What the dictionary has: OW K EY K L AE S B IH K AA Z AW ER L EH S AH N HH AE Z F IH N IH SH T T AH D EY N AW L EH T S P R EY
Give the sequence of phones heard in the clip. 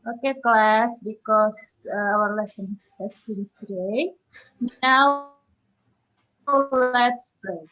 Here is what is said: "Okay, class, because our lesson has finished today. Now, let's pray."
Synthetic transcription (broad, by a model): OW K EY K L AE S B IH K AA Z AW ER L EH S AH N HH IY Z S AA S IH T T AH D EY N AW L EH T S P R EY